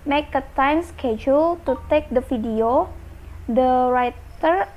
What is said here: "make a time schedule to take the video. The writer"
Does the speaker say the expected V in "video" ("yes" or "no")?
no